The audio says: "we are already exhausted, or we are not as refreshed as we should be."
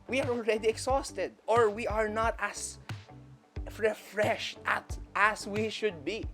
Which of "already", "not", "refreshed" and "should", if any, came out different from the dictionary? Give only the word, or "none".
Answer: none